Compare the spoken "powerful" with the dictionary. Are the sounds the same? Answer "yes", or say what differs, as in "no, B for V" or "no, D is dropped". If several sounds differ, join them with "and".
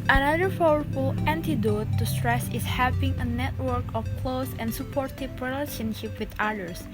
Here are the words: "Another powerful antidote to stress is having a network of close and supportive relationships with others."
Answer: no, F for P